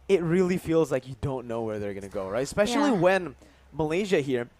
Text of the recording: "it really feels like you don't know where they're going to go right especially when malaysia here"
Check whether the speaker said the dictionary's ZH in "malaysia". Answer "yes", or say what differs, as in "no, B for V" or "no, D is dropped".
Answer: yes